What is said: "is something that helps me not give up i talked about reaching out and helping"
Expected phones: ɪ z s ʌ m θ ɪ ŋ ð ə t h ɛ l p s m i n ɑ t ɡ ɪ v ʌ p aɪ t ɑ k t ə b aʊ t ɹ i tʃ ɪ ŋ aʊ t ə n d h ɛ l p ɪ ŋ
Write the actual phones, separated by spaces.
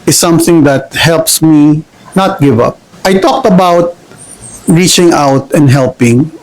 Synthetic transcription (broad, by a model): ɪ s ʌ m θ ɪ ŋ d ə t h ɛ l p s m i n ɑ t ɡ ɪ v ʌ p aɪ t ɑ k t ə b aʊ t ɹ i tʃ ɪ ŋ aʊ t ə n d h ɛ l p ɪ ŋ